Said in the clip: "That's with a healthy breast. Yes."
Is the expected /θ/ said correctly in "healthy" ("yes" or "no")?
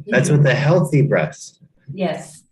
yes